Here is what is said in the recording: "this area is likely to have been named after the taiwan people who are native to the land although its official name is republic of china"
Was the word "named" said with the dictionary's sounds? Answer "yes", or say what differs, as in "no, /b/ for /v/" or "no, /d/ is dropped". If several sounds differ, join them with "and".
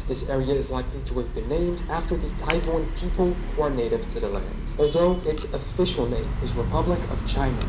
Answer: yes